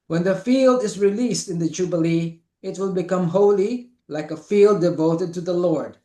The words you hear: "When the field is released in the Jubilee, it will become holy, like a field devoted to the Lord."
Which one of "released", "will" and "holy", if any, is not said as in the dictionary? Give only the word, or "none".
none